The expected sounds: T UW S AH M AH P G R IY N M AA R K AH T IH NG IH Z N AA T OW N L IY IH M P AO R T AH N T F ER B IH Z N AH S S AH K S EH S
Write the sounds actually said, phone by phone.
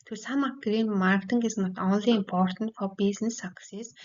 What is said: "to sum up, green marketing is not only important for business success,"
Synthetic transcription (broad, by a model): T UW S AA M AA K G R IY N M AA R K T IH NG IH S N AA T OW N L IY IH M P AO R T AH N T F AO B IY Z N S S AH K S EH S